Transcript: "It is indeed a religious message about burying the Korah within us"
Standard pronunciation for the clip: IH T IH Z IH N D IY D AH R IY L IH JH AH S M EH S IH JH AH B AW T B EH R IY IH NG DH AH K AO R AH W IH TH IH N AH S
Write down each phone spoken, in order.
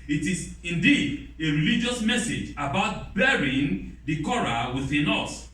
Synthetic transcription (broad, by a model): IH T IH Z IH N D IY D AH R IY L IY JH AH S M EH S IH JH AH B AW T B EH R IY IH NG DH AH K AO R AH W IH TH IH N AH S